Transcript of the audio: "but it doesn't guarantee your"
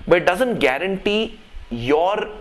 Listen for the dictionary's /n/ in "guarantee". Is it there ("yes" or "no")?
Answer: yes